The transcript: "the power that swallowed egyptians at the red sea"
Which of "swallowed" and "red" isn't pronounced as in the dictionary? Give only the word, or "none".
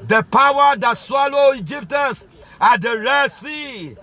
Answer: swallowed